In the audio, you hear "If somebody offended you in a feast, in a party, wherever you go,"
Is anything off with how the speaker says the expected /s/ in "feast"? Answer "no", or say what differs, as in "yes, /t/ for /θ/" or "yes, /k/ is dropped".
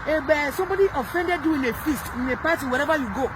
no